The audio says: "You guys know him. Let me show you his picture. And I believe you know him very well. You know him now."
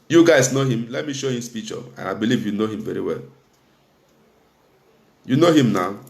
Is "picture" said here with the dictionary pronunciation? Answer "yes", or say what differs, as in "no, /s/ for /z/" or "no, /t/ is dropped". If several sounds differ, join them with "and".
no, /k/ is dropped